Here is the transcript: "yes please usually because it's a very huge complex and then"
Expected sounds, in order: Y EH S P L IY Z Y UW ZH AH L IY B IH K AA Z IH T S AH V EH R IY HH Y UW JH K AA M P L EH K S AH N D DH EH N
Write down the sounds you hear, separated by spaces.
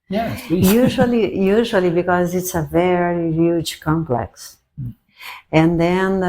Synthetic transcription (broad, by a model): Y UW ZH L IY Y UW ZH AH L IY B IH K AA Z IH T S AH V EH R IY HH Y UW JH K AA M P L EH K S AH N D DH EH N